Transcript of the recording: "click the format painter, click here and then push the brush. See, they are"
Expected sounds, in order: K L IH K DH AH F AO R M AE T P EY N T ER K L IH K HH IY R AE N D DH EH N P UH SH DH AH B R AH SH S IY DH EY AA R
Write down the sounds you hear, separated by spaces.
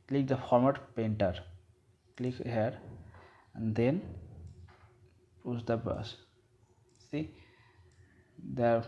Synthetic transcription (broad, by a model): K L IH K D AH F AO R M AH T P EY N T ER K L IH K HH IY R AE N D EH N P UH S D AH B AH S S IY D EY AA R